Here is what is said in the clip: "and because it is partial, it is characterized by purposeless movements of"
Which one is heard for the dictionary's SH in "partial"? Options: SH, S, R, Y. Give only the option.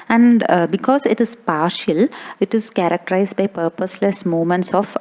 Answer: SH